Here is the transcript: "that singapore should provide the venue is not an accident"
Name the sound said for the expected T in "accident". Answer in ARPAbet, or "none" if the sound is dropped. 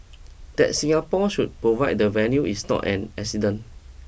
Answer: none